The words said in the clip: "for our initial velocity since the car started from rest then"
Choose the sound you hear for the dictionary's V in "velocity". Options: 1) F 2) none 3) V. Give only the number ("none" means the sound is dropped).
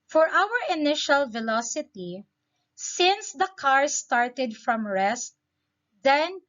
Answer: 3